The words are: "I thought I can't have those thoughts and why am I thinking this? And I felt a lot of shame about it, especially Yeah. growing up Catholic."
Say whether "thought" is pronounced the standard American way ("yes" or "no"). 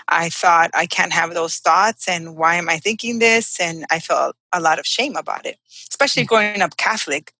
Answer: yes